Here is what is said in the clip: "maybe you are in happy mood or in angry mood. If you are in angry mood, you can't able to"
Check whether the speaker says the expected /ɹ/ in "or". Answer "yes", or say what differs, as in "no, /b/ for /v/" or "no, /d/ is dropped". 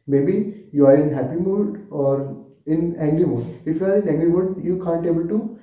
yes